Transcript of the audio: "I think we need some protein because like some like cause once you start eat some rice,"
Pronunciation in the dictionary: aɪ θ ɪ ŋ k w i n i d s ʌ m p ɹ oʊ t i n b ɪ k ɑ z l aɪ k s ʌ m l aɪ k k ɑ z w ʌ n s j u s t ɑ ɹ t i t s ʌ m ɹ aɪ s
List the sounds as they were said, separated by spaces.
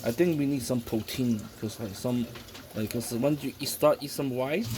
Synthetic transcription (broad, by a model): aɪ t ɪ ŋ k w i n i d s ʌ m p ɹ oʊ t i n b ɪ k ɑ s l aɪ k s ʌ m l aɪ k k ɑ s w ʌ n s j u s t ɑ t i s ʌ m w aɪ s